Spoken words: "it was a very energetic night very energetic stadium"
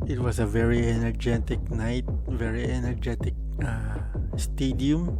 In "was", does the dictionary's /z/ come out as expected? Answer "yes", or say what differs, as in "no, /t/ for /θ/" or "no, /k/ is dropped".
no, /s/ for /z/